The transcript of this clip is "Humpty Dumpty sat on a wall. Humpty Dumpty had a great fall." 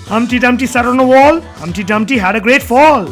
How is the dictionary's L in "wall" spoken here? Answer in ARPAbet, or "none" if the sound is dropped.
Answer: L